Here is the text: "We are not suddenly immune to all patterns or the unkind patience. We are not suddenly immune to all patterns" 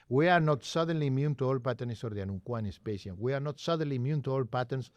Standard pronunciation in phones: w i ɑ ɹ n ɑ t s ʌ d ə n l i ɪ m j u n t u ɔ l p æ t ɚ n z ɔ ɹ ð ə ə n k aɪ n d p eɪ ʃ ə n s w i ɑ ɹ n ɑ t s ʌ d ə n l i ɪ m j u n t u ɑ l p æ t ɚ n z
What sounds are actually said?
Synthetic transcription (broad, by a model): w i ɑ ɹ n ɑ t s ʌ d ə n l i m j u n t u ɔ l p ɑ t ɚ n s ɔ ɹ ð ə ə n k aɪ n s p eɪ s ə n w i ɑ ɹ n ɑ t s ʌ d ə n l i m j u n t u ɑ l p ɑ t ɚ n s